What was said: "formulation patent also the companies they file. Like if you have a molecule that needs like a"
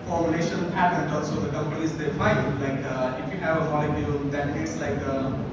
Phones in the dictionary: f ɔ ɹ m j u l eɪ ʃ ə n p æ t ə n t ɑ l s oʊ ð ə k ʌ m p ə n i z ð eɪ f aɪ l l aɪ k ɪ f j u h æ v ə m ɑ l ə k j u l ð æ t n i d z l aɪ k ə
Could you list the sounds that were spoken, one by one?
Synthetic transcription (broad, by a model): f ɔ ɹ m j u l eɪ ʃ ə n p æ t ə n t ɑ l s oʊ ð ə k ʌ m p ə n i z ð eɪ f aɪ n l aɪ k ɪ f j u h æ v ə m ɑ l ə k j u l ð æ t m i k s l aɪ k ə